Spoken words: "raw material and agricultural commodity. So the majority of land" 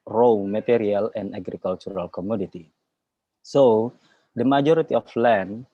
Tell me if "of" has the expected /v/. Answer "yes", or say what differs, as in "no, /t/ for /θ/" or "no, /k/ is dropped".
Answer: no, /f/ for /v/